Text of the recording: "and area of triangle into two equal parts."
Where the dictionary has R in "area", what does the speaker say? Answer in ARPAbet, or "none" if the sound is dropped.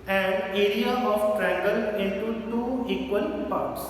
R